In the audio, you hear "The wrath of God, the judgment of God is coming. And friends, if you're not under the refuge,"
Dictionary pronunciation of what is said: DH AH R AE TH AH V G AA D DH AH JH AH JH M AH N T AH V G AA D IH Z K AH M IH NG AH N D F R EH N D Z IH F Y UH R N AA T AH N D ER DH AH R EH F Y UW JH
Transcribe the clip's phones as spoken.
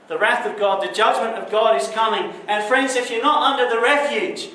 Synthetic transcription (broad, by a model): DH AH R AE TH AH V G AA D DH AH JH AH JH M AH N T AH V G AA D IH Z K AH M IH NG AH N F R EH N D Z IH F Y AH R N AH T AH N D ER DH AH R EH F Y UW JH